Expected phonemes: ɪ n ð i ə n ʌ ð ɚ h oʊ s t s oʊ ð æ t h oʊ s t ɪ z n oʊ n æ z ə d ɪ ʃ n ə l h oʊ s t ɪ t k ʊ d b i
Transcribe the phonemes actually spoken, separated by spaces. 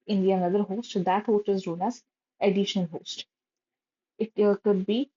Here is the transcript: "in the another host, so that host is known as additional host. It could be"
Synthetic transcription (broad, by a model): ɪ n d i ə n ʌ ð ɚ h oʊ s t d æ t h oʊ s t ɪ z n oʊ n æ z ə d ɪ ʃ ə n h oʊ s t ɪ t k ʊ d b i